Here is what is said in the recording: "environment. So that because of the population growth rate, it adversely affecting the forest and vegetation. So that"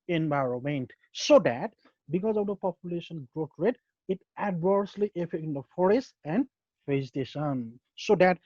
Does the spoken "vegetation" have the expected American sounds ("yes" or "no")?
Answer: no